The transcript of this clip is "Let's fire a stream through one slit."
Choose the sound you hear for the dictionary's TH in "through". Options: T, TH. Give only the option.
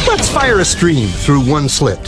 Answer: TH